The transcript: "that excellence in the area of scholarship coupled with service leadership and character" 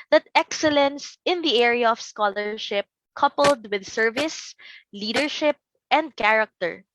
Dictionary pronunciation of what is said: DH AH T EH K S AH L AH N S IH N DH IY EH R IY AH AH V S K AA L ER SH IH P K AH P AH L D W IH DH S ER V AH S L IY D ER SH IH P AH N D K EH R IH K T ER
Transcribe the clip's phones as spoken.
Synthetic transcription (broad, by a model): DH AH T EH K S AH L AH N S IH N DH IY EH R IY AH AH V S K AA L ER SH IH P K AH P AH L D W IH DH S ER V AH S L IY D ER SH IH P AH N D K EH R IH K T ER